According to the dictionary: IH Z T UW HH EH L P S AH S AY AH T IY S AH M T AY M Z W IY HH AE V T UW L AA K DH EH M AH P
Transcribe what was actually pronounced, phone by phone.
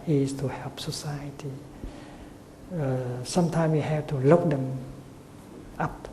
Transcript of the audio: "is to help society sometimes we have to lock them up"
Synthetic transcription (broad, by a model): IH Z T UW HH EH L P S AH S AY AH T IY S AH M T AY M W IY HH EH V T UW L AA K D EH M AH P